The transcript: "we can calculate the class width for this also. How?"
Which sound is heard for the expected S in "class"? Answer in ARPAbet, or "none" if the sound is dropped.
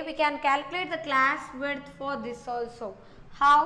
S